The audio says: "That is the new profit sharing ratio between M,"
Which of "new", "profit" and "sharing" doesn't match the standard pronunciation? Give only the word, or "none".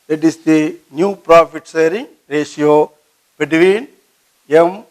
sharing